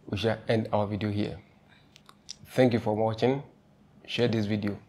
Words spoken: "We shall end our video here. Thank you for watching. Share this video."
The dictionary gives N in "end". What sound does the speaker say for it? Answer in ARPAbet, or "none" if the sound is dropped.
N